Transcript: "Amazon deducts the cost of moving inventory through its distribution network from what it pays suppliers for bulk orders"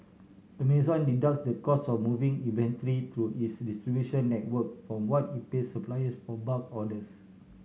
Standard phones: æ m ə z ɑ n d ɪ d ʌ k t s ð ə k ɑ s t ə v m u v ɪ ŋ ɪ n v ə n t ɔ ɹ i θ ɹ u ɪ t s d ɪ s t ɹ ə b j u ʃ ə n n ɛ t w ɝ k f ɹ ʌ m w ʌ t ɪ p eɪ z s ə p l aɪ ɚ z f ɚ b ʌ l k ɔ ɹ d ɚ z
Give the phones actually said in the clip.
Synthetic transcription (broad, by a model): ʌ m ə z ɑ n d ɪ d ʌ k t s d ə k ɑ s ə f m u v ɪ ŋ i v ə n t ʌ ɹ i t ɹ u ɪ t s d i s t ɹ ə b j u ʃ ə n n ɛ t w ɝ k f ɹ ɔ m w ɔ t ɪ p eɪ s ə p l aɪ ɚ s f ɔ b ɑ k ɔ d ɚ s